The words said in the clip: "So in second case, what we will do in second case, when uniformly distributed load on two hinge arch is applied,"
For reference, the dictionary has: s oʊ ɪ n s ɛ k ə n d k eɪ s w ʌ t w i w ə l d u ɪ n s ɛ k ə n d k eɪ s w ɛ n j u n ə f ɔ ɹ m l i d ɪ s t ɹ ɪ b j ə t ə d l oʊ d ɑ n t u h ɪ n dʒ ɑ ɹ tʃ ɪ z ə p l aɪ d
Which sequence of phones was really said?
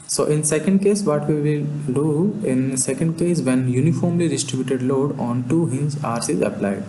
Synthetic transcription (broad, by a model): s oʊ ɪ n s ɛ k ə n d k eɪ s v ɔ t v i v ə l d u ɪ n s ɛ k ə n d k eɪ s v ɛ n j u n ə f ɔ ɹ m l i d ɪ s t ɹ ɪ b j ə t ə d l oʊ d ɑ n t u h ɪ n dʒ ɑ ɹ s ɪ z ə p l aɪ d